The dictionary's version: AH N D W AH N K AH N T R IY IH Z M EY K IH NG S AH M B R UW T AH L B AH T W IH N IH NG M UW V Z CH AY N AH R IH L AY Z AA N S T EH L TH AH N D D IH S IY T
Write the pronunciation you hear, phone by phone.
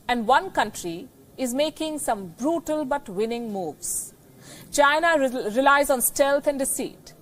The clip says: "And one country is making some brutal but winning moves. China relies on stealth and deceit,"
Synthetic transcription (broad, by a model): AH N D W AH N K AH N T R IY IH Z M EY K IH NG S AH M B R UW T AH L B AH T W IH N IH NG M UW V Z CH AY N AH R IH L AY Z AA N S T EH L T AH N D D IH S IY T